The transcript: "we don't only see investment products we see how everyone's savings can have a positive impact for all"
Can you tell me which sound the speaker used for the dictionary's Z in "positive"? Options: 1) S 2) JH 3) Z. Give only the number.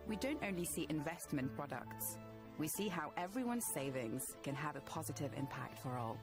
3